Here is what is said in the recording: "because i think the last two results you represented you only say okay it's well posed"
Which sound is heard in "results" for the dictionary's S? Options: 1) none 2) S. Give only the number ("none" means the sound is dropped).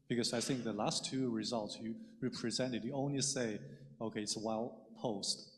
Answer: 2